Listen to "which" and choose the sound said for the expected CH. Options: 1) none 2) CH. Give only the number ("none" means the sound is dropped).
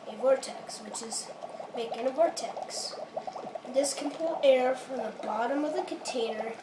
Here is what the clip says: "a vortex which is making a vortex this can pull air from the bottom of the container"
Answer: 2